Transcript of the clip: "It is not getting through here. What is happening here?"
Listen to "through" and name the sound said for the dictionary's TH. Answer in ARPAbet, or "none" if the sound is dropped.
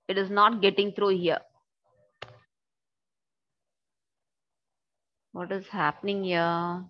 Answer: T